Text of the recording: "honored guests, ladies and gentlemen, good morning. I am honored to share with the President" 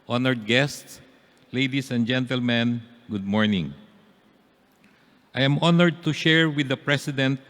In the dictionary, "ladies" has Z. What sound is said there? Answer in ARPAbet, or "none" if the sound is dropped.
S